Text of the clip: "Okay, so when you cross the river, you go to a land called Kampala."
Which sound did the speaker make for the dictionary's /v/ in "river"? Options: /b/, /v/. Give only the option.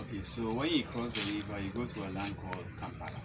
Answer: /b/